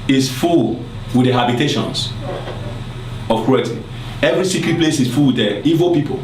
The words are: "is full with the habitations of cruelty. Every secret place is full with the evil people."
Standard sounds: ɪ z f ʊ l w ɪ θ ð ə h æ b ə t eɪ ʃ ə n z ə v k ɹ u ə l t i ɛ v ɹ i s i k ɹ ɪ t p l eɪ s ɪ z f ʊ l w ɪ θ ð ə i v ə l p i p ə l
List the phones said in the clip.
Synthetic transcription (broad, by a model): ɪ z f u l w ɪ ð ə h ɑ b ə t eɪ ʃ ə n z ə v k ɹ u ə t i ɛ v ɹ i s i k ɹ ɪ p l eɪ s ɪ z f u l w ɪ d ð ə i v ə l p i p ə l